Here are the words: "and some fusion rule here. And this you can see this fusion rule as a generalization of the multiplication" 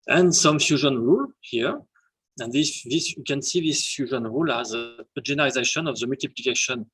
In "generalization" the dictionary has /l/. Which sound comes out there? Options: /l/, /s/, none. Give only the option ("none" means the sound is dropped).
none